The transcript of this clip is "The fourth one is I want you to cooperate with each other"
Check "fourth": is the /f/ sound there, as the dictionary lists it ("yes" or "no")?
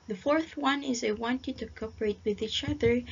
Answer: yes